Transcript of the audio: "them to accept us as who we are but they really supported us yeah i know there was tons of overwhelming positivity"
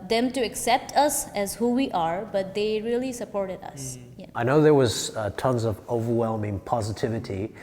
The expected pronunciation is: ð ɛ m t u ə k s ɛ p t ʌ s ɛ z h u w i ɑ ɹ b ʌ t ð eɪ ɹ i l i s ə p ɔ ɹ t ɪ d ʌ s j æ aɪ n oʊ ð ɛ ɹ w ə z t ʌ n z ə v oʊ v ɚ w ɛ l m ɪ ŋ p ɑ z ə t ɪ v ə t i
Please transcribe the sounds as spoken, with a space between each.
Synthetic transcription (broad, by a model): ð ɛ m t u ə k s ɛ p t ʌ s ɛ z h u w i ɑ ɹ b ʌ t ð eɪ ɹ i l i s ə p ɔ ɹ t ɪ d ʌ s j aɪ n oʊ ð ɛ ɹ w ə z t ʌ n z ə v oʊ v ɚ w ɛ l m ɪ ŋ p ɑ z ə t ɪ v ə t i